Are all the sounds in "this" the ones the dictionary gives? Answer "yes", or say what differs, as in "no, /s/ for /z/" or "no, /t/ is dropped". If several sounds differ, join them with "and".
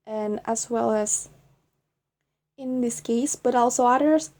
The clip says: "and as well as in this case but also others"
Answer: yes